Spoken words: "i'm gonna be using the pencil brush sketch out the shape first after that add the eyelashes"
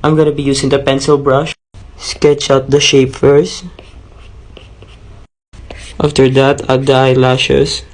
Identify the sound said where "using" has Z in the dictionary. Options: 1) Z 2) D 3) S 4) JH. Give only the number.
3